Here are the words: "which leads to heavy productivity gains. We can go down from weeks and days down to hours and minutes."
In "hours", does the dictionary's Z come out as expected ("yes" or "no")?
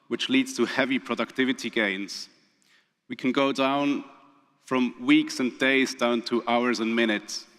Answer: yes